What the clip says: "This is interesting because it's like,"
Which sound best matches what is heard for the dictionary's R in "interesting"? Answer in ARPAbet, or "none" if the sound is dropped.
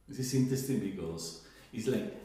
none